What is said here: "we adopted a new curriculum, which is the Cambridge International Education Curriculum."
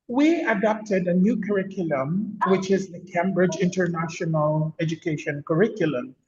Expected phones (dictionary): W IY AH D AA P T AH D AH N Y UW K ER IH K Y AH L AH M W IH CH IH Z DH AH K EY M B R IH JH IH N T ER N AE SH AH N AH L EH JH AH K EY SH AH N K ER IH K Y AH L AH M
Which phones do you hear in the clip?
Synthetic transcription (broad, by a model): W IY AH D AA P T AH D AH N Y UW K ER IH K Y AH L AH M W IH CH IH Z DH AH K EY M B R IH JH IH N T ER N AE SH AH N AH L EH JH AH K EY SH AH N K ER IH K Y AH L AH M